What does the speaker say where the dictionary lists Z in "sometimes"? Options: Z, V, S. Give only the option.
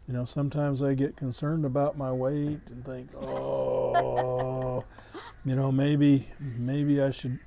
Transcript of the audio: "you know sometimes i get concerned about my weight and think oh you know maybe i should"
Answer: Z